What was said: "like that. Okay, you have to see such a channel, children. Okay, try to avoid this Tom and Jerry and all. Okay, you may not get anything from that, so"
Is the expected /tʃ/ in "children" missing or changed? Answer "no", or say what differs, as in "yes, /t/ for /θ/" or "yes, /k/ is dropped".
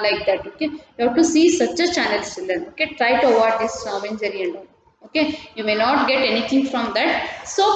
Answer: yes, /s/ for /tʃ/